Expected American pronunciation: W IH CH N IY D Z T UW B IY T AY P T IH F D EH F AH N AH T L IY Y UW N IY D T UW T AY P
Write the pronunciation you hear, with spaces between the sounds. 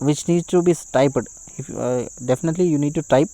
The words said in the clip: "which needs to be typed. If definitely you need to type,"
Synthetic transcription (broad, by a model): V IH CH N IY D T UW B IY T AY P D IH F D EH F AH N AH T L IY Y UW N IY D T UW T AY P